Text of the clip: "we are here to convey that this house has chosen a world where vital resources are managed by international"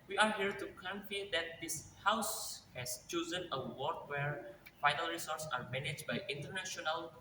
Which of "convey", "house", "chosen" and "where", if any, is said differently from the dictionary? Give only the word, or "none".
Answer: convey